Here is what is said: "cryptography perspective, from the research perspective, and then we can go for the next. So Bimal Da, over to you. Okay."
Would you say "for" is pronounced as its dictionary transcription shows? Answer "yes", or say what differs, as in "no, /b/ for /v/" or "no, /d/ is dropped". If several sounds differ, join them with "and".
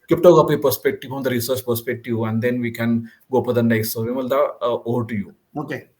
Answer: no, /p/ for /f/